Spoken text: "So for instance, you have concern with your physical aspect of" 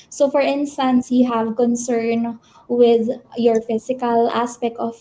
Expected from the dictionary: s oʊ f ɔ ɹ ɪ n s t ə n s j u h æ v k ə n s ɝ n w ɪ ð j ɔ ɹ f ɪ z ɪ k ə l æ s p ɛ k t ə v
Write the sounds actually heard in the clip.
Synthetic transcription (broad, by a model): s oʊ f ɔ ɹ ɪ n s t ə n s j u h æ v k ə n s ɝ n w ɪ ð j ɔ ɹ f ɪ s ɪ k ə l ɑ s p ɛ k t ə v